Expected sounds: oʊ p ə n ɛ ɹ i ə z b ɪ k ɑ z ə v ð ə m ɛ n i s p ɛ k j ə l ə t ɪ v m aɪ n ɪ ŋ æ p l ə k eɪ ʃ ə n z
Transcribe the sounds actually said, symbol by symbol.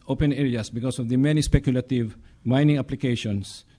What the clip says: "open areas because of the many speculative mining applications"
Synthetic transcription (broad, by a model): oʊ p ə n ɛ ɹ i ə s b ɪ k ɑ s ə v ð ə m ɛ n i s p ɛ k j ə l ə t ɪ v m aɪ n ɪ ŋ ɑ p l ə k eɪ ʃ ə n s